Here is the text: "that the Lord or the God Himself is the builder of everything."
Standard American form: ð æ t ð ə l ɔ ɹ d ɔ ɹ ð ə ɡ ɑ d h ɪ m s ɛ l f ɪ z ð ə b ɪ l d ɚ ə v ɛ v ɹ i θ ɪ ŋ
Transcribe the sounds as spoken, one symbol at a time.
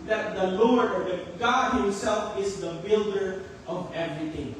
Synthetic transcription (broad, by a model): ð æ t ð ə l ɔ ɹ d ɔ ɹ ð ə ɡ ɑ d h ɪ m s ɛ l f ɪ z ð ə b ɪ l d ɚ ə v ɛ v ɹ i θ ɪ ŋ